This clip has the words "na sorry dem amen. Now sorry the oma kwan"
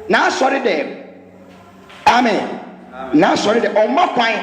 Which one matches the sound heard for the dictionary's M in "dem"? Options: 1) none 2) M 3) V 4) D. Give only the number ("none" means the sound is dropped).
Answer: 1